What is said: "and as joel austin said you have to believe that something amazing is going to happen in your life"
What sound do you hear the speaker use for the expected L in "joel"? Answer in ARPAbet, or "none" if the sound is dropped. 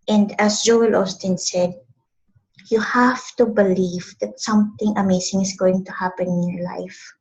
L